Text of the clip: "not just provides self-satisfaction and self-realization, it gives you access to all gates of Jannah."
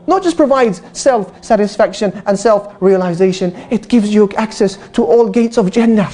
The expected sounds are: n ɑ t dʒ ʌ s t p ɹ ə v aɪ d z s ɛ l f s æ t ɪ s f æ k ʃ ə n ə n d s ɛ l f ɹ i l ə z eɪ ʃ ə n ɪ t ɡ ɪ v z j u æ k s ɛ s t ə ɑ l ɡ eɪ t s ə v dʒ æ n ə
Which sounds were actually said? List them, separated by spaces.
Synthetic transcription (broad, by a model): n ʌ t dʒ ʌ s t p ɹ ə v aɪ d z s ɛ l f s æ t ɪ s f æ k ʃ ə n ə n s ɛ l f ɹ i l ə z eɪ ʃ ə n ɪ t ɡ ɪ v z j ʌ æ k s ɛ s t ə ɑ l ɡ eɪ t s ə v dʒ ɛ n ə